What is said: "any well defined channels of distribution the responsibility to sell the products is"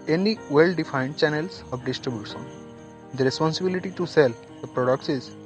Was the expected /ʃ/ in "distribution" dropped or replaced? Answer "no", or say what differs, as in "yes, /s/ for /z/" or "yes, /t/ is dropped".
yes, /s/ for /ʃ/